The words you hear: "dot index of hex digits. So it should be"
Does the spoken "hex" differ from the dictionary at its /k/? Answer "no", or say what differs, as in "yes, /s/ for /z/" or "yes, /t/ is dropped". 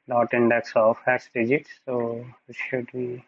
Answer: yes, /k/ is dropped